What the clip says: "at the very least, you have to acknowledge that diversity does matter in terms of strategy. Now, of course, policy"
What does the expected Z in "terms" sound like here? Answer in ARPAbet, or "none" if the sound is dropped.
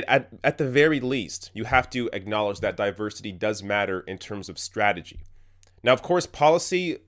Z